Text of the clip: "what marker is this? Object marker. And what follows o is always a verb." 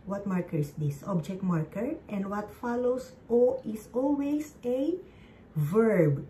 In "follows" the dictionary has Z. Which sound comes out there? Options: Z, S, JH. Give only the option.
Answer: S